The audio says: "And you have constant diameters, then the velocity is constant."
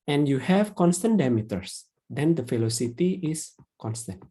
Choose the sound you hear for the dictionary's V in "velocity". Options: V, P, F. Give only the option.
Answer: F